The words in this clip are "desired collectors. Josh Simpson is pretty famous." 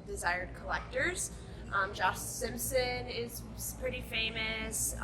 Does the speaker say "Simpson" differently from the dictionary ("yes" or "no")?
no